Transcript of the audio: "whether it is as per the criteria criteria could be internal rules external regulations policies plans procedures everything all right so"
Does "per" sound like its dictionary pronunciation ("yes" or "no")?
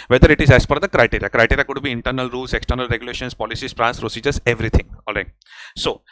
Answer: no